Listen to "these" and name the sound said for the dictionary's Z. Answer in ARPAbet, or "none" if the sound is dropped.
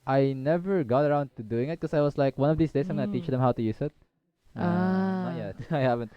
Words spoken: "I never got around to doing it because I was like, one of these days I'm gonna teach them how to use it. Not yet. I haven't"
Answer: S